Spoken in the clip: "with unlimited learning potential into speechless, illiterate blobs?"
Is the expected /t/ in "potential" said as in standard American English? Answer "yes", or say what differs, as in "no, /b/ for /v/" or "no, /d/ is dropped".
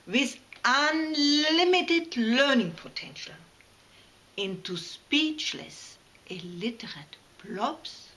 yes